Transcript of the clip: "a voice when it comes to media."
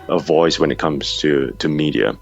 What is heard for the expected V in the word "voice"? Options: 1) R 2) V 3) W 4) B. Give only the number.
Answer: 2